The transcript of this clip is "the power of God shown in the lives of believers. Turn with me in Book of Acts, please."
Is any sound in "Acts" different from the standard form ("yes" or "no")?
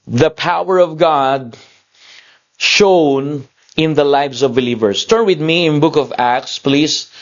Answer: no